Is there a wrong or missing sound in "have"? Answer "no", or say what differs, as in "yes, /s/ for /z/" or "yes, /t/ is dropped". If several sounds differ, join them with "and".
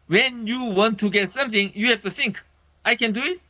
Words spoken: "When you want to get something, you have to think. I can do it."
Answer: yes, /f/ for /v/